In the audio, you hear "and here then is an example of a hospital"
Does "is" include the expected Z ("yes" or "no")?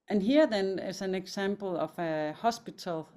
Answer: no